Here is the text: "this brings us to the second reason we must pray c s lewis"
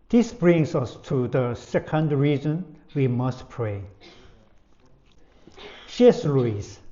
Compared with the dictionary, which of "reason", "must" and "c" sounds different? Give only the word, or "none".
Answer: c